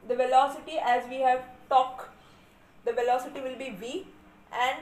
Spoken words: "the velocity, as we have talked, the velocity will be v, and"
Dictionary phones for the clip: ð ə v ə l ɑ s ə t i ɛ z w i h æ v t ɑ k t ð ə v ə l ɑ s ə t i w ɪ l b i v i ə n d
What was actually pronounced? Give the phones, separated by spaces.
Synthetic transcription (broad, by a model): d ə v ə l ɑ s ə t i ɛ z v i h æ v t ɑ k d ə v ə l ɑ s ə t i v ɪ l b i v i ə n d